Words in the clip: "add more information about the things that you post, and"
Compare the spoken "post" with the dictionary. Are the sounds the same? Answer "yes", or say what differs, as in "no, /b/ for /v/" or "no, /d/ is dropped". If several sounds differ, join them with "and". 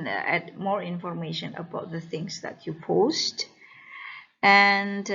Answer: yes